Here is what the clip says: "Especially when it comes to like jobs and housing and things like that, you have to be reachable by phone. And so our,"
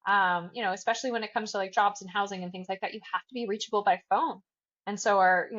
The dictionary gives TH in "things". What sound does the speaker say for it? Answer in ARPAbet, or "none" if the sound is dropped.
TH